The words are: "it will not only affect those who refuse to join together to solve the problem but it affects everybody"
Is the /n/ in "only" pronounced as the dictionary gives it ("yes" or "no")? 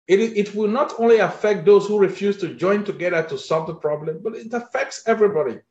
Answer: yes